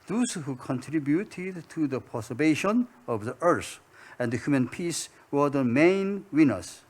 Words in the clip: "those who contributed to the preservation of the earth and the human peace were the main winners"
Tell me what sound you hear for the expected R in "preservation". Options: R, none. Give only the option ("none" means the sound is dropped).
none